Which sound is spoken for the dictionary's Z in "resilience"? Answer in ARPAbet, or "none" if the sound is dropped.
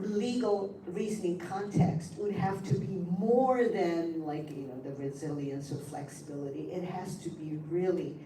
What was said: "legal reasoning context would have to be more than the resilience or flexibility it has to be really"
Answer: Z